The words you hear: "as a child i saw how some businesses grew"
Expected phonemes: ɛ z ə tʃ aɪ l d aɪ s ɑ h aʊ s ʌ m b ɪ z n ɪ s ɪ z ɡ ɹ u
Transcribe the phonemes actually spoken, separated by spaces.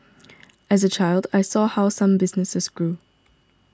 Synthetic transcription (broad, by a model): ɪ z ə tʃ aɪ l d aɪ s ɑ h aʊ s ʌ m b ɪ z n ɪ s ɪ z ɡ ɹ u